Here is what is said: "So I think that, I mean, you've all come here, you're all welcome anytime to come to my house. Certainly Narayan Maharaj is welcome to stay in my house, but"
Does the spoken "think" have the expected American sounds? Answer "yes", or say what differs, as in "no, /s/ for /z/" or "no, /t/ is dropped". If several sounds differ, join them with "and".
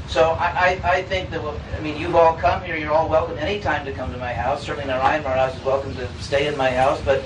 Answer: yes